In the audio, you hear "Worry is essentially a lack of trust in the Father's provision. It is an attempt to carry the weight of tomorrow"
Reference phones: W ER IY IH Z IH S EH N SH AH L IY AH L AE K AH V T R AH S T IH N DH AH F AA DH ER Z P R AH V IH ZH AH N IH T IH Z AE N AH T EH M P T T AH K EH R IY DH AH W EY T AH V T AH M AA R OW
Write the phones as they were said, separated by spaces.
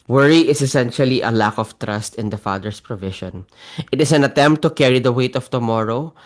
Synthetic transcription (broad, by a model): W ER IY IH S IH S EH N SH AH L IY AH L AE K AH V T R AH S T IH N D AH F AA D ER S P R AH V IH SH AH N IH T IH S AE N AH T EH M P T T AH K EH R IY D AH W EY T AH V T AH M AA R OW